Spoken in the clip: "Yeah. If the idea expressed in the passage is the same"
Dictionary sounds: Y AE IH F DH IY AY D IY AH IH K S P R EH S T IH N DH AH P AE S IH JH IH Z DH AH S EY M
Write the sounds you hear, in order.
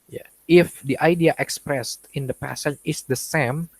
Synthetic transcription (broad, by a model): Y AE IH F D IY AY D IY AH IH K S P R EH S T IH N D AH P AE S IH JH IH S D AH S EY M